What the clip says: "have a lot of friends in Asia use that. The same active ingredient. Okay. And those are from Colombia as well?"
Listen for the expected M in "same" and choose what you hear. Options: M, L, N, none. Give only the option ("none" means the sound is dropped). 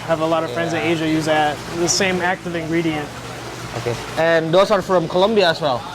M